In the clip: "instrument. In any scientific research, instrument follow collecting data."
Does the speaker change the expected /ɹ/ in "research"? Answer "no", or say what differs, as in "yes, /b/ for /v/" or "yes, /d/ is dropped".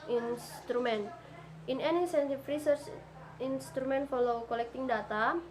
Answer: no